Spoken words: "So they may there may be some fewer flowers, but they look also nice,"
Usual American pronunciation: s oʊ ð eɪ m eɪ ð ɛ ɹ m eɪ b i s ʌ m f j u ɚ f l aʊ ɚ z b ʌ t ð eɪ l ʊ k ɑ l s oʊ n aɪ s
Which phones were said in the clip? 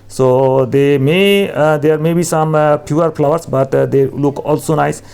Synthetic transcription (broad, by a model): s oʊ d eɪ m eɪ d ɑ ɹ m eɪ b i s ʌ m p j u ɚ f l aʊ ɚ s b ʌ t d eɪ l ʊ k ɑ l s oʊ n aɪ s